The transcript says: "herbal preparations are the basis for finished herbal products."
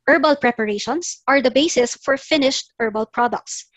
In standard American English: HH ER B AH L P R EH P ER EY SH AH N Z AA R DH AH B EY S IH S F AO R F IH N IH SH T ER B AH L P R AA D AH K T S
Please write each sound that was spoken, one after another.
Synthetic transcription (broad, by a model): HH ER B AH L P R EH P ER EY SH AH N S AA R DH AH B EY S IH S F AO R F IH N IH SH T ER B AH L P R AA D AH K T S